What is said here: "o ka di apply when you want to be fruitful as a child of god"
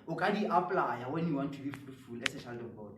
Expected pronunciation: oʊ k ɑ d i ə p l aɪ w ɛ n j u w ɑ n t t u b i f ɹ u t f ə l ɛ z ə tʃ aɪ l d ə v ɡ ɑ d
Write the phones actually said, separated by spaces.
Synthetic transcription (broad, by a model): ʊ k ɑ d i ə p l aɪ w ɛ n j u w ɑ n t t u b i f u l f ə l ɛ s ə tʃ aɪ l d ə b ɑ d